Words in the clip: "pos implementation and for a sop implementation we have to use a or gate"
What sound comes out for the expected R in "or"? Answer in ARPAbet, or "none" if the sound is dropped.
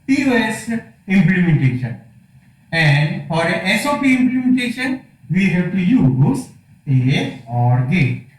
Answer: R